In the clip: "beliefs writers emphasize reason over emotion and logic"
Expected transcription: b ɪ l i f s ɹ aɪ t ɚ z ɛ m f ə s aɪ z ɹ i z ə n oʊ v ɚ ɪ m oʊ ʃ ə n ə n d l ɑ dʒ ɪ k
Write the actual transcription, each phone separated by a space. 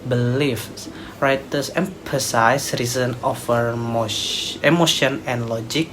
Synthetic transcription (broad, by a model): b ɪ l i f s ɹ aɪ t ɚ s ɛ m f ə s aɪ s ɹ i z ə n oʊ f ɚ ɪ m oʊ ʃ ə n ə n l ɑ dʒ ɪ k